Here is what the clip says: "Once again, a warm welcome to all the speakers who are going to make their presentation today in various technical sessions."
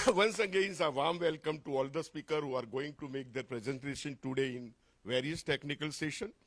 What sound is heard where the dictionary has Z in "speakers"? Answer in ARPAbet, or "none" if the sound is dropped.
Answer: none